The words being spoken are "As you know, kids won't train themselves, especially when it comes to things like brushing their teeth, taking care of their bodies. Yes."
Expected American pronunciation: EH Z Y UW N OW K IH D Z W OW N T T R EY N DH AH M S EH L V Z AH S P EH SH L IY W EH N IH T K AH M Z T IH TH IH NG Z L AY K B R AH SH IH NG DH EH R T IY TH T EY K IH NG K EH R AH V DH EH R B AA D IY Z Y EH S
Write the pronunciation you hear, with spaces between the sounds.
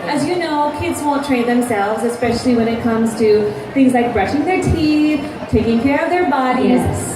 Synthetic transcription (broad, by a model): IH Z Y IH N OW K IH D Z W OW N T T R EY N DH AH M S EH L V Z AH S P EH SH L IY W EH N IH T K AH M Z T IH TH IH NG Z L AY K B R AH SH IH NG DH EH R T IY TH T EY K IH NG K EH R AH V DH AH R B AA D IY Z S